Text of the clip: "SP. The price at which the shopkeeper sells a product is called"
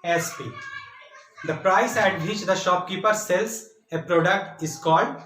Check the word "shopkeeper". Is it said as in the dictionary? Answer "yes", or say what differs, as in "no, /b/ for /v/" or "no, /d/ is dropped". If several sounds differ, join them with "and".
yes